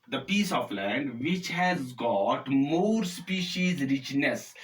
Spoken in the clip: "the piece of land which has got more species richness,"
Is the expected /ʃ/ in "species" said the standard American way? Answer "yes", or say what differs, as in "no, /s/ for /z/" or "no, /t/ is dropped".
yes